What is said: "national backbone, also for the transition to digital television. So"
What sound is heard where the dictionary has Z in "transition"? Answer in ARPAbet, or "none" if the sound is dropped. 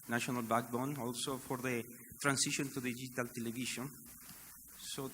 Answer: S